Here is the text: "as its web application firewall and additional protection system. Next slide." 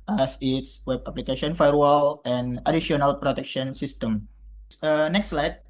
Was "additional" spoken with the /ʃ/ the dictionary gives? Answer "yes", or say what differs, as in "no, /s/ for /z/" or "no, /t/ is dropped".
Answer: no, /ʃ/ is dropped